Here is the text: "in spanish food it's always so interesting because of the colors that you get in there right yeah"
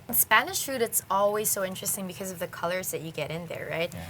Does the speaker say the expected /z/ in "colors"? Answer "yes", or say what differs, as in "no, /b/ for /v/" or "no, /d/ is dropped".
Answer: yes